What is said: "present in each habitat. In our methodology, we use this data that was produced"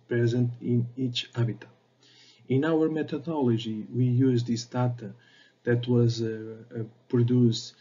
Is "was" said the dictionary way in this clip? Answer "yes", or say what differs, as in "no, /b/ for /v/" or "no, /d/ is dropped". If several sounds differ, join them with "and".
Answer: yes